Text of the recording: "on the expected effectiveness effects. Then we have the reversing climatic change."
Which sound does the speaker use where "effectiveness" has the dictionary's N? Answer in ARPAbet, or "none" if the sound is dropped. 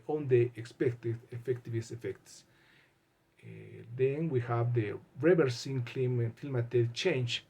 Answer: none